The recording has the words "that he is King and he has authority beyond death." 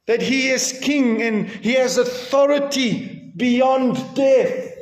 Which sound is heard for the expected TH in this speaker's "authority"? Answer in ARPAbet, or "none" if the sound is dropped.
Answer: TH